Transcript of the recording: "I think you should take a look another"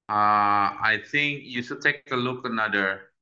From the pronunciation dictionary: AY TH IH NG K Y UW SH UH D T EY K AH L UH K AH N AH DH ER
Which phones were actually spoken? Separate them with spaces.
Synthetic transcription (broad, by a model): AY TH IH NG K Y UW S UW T EY K AH L UH K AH N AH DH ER